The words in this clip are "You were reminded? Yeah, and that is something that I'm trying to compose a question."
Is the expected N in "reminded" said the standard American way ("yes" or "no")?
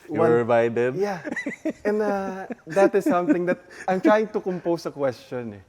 no